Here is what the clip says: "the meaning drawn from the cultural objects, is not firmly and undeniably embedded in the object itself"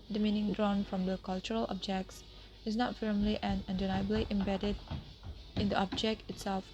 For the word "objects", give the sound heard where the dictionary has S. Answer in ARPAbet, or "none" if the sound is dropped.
S